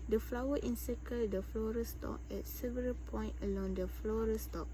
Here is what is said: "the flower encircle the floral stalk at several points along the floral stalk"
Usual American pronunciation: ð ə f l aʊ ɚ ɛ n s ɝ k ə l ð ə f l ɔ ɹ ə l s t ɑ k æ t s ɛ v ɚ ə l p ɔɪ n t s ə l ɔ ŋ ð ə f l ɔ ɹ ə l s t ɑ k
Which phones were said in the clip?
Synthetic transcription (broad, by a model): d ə f l aʊ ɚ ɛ n s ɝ k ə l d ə f l ɔ ɹ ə s t ɑ k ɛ t s ɛ v ɚ ə l p ɔɪ n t ə l ɔ ŋ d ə f l ɔ ɹ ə s t ɑ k